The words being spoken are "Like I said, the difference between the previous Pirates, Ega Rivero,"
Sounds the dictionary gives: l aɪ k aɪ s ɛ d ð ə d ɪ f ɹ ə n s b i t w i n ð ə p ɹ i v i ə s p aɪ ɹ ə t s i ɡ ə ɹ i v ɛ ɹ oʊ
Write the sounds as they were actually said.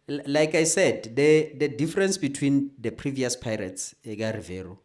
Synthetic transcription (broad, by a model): l aɪ k aɪ s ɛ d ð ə d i f ɹ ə n s b i t w i n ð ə p ɹ i v i ə s p aɪ ɹ ə t s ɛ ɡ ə ɹ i v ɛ ɹ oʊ